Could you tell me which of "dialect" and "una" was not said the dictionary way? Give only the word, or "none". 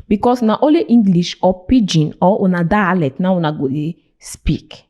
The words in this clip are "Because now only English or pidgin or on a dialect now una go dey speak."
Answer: dialect